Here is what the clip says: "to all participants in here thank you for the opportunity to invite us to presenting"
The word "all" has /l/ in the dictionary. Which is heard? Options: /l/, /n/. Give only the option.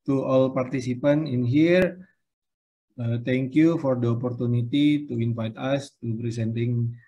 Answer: /l/